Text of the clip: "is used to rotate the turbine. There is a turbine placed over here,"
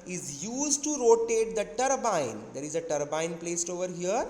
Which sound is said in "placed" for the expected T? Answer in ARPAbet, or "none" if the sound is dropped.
T